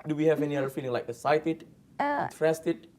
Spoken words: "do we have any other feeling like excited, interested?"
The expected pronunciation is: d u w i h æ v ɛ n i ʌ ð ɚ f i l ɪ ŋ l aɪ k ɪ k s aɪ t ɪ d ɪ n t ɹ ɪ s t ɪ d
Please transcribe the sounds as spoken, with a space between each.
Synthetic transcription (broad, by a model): d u w i h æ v ɛ n i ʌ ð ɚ f i l ɪ ŋ l aɪ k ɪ s aɪ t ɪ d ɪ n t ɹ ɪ s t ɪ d